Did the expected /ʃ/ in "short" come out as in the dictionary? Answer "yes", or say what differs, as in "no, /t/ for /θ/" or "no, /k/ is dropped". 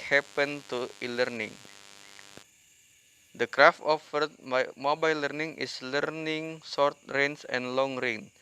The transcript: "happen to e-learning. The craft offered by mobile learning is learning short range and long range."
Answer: no, /s/ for /ʃ/